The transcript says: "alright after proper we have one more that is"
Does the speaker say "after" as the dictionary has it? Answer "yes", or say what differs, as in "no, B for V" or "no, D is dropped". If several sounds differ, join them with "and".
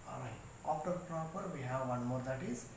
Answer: no, P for F